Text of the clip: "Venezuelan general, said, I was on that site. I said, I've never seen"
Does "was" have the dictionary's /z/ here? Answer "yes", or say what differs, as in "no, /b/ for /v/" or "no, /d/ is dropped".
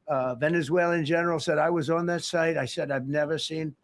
yes